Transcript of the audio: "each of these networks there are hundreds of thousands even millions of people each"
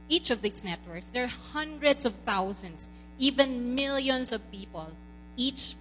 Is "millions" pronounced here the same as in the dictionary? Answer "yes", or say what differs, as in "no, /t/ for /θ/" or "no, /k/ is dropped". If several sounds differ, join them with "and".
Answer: no, /s/ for /z/